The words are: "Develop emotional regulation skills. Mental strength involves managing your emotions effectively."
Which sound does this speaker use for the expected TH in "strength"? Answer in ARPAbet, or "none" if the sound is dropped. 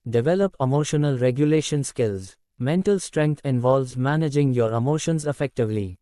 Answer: T